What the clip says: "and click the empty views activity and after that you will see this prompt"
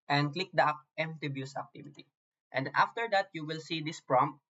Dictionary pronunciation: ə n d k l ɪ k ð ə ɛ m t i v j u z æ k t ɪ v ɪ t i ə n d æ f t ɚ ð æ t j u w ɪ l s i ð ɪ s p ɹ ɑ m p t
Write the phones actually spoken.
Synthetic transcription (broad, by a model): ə n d k l ɪ k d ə ɛ m t i b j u s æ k t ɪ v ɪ t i ə n d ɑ f t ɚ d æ t j u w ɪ l s i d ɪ s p ɹ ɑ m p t